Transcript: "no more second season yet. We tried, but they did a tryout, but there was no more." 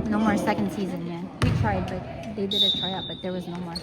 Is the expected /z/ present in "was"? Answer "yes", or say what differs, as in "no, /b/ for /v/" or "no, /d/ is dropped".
yes